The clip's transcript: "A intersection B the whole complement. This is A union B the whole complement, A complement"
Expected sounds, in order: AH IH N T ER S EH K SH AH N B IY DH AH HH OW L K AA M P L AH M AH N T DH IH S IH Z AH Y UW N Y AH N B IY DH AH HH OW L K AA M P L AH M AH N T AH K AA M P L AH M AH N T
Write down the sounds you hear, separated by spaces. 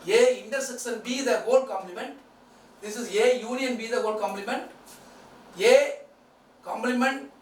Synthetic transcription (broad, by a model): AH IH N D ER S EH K S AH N B IY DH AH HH OW L K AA M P L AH M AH N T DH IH S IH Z AH Y UW N Y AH N B IY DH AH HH OW L K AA M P L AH M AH N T AH K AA M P L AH M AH N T